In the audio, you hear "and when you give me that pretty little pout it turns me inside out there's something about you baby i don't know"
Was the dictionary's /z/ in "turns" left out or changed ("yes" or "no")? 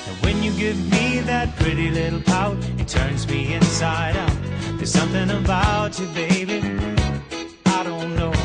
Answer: no